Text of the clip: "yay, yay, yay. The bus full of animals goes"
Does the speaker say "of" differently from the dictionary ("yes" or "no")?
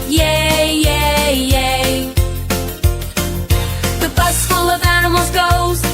no